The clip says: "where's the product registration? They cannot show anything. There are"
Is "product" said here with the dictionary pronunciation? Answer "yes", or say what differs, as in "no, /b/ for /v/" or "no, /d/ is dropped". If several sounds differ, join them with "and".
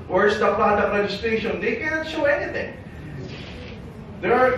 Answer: no, /ɹ/ is dropped